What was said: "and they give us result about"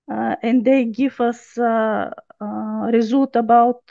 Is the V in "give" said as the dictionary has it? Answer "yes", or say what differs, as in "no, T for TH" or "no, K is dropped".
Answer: no, F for V